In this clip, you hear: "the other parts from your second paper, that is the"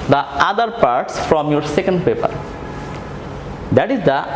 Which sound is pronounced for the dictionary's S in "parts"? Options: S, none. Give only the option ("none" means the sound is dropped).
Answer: S